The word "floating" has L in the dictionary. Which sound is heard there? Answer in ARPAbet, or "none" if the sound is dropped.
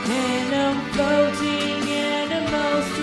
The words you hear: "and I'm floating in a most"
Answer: none